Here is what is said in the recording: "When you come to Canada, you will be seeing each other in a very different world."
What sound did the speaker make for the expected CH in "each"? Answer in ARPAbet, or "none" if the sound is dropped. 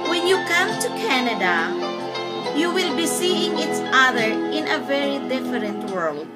S